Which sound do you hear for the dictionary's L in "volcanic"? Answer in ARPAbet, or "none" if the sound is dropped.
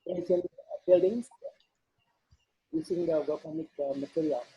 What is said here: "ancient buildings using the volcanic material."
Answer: none